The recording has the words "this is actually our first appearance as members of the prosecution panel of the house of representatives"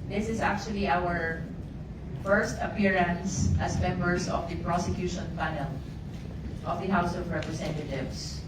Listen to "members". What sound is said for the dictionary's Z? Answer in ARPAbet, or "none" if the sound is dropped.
S